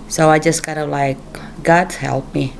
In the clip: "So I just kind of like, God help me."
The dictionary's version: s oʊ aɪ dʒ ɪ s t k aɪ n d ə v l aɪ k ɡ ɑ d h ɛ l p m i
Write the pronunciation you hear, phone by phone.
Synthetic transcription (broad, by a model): s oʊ aɪ dʒ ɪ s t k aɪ d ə l aɪ k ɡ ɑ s h ɛ l p m i